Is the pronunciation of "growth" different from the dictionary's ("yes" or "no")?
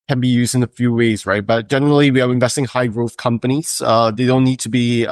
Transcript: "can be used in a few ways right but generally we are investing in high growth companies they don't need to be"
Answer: no